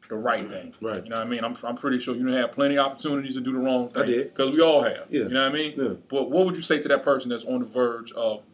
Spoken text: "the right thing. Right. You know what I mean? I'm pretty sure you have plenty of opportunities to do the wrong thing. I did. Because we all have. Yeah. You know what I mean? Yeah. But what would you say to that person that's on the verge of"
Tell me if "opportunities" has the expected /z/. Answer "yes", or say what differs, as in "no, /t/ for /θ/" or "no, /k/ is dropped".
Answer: yes